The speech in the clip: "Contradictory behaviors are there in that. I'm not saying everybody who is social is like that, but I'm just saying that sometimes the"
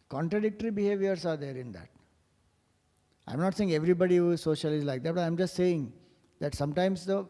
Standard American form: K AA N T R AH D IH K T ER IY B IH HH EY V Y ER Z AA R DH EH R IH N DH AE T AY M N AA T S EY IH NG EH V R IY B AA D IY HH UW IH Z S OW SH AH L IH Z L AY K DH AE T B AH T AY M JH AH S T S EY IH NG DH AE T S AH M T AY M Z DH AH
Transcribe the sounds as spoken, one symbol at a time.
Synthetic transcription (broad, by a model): K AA N T R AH D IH K T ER IY B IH HH EY V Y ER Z AA R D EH R IH N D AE T AY M N AA T S EY IH NG EH V R IY B AA D IY HH UW IH Z S OW SH AH L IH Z L AY K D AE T B AH T AY M JH AH S T S EY IH NG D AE T S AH M T AY M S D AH